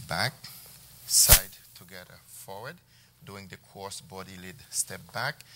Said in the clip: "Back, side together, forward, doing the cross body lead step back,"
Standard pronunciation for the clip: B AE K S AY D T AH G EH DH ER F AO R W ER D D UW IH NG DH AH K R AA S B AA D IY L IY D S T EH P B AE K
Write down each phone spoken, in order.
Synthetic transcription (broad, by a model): B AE K S AY D T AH G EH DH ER F AO R W ER D D UW IH NG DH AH K AA S B AA D IY L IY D S T EH P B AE K